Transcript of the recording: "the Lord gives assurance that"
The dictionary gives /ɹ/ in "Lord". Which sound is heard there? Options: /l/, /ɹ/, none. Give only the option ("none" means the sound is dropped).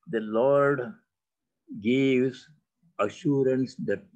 /ɹ/